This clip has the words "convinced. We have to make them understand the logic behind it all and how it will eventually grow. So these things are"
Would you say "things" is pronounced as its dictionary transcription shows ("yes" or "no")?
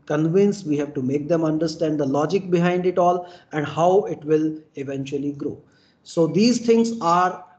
no